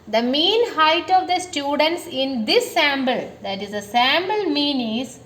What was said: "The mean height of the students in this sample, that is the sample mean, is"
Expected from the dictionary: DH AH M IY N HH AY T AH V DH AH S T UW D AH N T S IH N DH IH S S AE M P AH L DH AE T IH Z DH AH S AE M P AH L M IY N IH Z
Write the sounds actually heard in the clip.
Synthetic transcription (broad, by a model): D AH M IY N HH AY T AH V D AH S T UW D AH N T S IH N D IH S S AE M B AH L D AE T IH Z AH S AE M B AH L M IY N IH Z